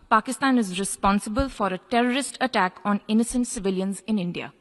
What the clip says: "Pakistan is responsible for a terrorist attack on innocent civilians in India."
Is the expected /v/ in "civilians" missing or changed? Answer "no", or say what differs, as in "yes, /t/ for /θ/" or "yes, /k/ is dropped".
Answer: no